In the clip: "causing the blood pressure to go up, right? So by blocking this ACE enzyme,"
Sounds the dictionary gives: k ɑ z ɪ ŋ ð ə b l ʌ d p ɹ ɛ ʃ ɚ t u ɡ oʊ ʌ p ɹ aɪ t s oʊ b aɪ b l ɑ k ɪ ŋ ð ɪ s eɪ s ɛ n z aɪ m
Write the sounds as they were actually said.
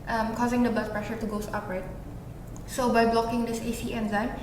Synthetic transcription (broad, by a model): k ɑ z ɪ ŋ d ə b ʌ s p ɹ ɛ ʃ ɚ t u ɡ oʊ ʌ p ɹ aɪ t s oʊ b aɪ b l ɑ k ɪ ŋ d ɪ s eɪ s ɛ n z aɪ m